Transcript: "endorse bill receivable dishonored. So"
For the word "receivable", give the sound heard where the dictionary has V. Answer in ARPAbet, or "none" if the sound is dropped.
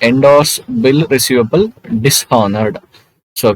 V